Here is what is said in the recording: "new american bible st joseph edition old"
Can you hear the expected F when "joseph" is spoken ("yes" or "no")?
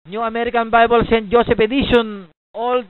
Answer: no